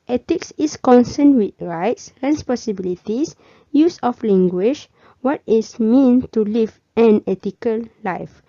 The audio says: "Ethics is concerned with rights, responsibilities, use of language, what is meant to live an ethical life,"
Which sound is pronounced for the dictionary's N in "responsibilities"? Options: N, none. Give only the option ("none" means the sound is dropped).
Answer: none